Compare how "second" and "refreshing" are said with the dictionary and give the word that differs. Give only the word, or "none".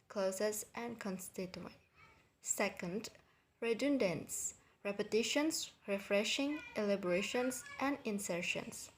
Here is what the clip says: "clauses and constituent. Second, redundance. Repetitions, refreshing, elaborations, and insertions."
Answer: none